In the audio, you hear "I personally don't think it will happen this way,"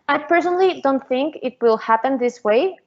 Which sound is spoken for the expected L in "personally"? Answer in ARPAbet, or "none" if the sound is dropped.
L